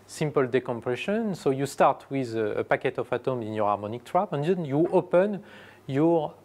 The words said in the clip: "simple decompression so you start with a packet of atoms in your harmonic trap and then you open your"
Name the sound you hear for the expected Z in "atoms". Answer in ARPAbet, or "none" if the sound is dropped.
none